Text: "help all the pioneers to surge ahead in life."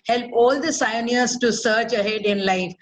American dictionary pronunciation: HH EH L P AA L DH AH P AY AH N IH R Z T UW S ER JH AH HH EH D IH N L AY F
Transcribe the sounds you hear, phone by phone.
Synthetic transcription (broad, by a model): HH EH L P AA L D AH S AY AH N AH R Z T UW S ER CH AH HH EH D IH N L AY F